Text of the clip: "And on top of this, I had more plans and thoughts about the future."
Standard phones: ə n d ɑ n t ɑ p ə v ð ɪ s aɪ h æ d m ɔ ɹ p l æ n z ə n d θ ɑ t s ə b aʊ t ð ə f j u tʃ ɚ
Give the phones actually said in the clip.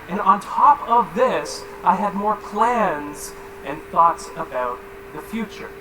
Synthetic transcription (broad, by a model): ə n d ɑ n t ɑ p ə v ð ɪ s aɪ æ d m ɔ ɹ p l æ n z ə n θ ɑ t s ə b aʊ t ð ə f j u tʃ ɚ